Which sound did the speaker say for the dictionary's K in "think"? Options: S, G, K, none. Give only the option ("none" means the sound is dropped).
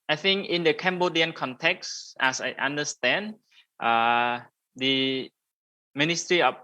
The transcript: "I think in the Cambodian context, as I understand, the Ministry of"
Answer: K